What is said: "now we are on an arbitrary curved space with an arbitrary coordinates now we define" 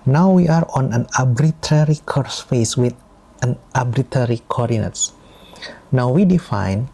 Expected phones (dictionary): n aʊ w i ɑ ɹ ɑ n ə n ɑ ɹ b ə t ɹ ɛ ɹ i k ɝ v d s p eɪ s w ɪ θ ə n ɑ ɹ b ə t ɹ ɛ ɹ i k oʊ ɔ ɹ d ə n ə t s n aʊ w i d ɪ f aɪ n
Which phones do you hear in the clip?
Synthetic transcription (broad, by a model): n aʊ w i ɑ ɹ ɑ n ə n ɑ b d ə t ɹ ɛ ɹ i k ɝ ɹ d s f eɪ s w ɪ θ ə n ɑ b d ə t ɛ ɹ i k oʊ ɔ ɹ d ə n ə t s n aʊ w i d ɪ f aɪ n